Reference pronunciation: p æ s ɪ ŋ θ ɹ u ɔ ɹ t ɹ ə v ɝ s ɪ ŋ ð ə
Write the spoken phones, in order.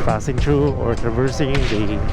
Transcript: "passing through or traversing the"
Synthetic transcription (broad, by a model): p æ s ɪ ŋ t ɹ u ɔ ɹ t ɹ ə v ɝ s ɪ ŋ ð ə